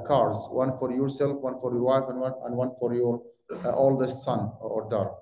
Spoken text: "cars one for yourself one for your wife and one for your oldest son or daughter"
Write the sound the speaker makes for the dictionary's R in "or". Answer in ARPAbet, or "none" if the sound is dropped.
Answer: R